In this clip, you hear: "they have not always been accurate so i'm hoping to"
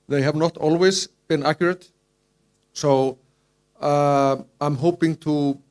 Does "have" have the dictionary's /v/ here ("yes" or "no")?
yes